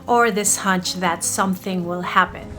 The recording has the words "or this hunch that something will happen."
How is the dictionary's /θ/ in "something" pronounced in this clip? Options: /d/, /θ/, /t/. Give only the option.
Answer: /θ/